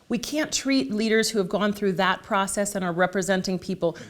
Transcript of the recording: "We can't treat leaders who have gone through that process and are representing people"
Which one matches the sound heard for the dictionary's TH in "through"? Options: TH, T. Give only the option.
TH